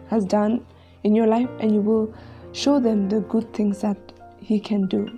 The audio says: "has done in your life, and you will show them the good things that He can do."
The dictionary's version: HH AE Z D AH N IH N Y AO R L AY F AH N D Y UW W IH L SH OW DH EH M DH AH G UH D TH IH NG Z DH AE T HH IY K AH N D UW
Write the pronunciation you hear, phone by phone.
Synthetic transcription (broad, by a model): HH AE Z D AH N IH N Y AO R L AY F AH N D Y UW W IH L SH OW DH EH M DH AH G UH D T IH NG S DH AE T HH IY K AH N D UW